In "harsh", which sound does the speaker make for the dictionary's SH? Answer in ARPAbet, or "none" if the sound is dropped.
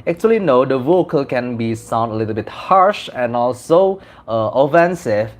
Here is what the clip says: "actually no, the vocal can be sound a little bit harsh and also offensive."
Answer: SH